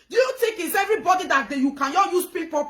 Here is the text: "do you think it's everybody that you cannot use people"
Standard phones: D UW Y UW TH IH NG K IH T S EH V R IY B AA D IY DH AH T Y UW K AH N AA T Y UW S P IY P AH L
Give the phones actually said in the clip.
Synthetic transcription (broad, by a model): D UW Y UW T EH K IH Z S EH V R IY B AA D IY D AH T Y UW K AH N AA Y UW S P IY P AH